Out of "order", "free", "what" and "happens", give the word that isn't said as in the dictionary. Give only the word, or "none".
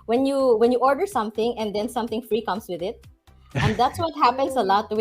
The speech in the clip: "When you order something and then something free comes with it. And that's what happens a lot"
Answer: happens